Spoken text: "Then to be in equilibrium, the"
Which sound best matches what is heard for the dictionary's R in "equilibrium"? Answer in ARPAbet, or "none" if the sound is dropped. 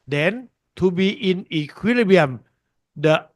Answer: none